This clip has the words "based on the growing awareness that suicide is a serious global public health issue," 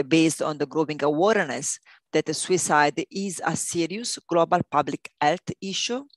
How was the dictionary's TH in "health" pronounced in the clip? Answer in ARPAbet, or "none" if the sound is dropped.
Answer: T